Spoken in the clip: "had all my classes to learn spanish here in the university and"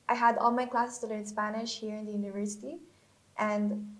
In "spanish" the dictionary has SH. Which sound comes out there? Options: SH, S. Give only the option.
SH